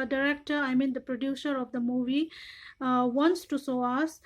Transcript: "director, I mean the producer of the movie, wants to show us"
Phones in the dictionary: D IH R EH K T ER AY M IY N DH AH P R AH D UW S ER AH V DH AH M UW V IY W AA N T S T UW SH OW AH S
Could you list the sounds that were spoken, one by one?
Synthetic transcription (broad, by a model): D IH R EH K T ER AY M IY N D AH P R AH D UW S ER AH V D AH M UW V IY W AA N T S T UW S OW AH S